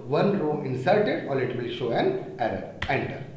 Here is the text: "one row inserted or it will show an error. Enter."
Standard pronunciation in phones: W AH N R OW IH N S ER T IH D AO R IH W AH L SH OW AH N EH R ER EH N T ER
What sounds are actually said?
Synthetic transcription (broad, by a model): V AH N R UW IH N S ER T IH D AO L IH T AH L SH OW AH N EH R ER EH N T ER